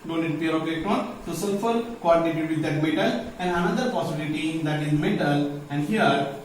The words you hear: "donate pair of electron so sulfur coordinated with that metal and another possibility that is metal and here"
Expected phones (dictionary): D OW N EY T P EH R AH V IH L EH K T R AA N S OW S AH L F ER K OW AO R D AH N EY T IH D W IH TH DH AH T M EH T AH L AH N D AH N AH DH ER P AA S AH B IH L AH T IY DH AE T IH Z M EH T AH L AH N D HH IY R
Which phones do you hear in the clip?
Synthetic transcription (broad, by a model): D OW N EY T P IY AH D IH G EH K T AA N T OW S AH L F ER K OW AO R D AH N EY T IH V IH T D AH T M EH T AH L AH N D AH N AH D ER P AA S AH B IH L AH T IY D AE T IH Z M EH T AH L AH N D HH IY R